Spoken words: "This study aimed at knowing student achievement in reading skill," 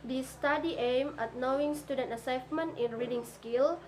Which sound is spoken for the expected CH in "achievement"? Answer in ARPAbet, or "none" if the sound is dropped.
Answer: S